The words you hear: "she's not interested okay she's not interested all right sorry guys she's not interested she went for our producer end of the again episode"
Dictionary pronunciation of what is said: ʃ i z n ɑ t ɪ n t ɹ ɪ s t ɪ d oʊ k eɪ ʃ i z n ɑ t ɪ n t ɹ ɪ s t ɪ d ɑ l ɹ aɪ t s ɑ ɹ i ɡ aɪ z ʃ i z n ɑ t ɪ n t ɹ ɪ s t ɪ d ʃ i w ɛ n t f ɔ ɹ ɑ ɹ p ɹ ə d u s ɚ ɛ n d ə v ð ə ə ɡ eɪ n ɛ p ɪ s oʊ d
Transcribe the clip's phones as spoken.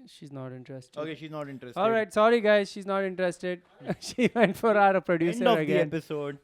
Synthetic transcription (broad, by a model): ʃ i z n ɑ t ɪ n t ɹ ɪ s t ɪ oʊ k eɪ ʃ i z n ɑ t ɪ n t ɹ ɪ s ɑ l ɹ aɪ t s ɑ ɹ i ɡ aɪ z ʃ i z n ɑ t ɪ n t ɹ ɪ s t ɪ d ʃ i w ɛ n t f ɔ ɹ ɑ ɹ p ɹ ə d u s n ə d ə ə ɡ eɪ ɛ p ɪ s oʊ d